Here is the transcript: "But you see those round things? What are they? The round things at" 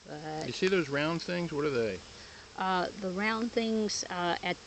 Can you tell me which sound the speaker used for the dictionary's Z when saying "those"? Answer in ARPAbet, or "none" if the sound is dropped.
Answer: Z